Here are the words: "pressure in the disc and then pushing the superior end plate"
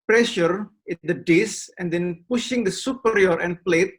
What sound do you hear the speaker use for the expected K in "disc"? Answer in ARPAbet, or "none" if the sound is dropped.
none